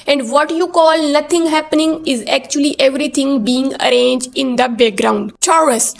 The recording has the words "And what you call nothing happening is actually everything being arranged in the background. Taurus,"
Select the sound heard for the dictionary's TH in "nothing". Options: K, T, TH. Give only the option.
T